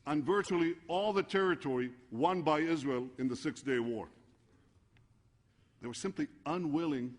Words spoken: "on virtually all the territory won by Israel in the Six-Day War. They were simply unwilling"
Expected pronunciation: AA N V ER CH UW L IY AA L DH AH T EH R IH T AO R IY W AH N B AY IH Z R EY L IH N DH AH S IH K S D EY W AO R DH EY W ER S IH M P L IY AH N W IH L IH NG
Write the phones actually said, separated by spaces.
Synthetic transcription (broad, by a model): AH N V ER CH UW L IY AA L DH AH T EH R IH T AO R IY W AH N B AY IH Z R EY L IH N DH AH S IH K S D EY W AO R DH EY W ER S IH M P L IY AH N W IH L IH NG